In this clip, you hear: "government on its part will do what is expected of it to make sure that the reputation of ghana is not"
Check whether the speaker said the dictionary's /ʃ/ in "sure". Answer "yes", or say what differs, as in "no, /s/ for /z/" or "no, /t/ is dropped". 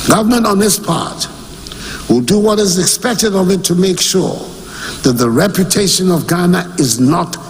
yes